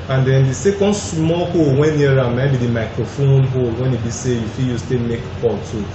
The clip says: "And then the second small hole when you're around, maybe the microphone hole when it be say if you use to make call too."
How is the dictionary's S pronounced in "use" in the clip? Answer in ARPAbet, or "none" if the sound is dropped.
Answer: S